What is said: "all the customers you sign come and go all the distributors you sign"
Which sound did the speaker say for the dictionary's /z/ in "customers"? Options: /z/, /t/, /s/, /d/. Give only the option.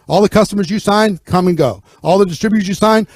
/z/